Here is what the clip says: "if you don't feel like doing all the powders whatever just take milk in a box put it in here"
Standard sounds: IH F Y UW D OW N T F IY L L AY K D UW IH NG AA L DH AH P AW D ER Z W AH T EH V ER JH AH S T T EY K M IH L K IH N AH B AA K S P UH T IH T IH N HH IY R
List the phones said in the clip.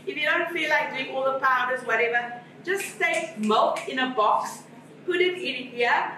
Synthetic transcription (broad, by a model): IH F Y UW D OW N T F IY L L AY K D UW IH NG AA L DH AH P AW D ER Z W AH T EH V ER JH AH S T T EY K M IH L K IH N AH B AA K S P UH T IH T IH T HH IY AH